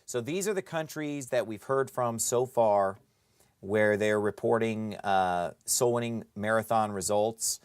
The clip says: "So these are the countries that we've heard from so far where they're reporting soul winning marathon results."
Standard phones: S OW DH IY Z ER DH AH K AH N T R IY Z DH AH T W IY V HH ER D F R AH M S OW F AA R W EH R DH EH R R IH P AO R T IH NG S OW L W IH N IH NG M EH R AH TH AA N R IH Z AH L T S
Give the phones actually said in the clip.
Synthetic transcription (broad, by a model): S OW DH IY Z ER DH AH K AH N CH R IY Z DH AH T W IY V HH ER D F R AH M S OW F AA R W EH R DH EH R R IH P AO R T IH NG S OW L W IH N IH NG M EH R AH TH AA N R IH Z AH L T S